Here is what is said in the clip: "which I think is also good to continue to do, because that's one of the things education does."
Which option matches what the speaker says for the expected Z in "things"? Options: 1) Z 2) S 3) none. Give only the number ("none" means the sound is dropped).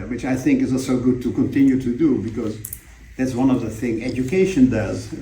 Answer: 3